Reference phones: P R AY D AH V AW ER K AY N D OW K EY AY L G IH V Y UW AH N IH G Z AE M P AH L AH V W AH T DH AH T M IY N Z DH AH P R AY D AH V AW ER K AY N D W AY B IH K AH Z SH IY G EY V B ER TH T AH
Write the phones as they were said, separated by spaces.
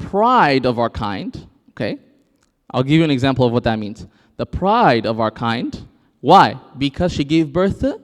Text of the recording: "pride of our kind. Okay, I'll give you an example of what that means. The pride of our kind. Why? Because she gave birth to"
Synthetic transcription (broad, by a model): P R AY D AH V AW ER K AY N D OW K EY AY L G IH V Y AH N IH G Z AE M P L AH V W AH T DH AH T M IY N Z DH AH P R AY D AH V AW ER K AY N D W AY B IH K AH Z SH IY G EY V B ER TH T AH